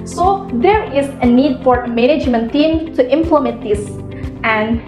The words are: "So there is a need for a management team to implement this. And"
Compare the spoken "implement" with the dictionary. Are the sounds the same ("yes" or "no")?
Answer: no